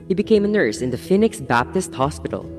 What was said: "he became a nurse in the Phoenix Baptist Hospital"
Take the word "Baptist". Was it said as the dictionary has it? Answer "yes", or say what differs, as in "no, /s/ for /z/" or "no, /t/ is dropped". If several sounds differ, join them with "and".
yes